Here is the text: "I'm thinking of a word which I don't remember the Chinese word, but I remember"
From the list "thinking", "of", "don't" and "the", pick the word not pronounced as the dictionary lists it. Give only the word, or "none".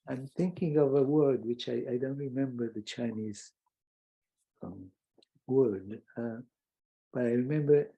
none